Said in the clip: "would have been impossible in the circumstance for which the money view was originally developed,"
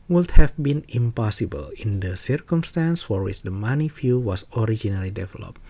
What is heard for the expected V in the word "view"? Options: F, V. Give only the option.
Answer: F